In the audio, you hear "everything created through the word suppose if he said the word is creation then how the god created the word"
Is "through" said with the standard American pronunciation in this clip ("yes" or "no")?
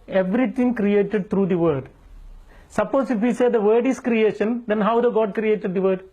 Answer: no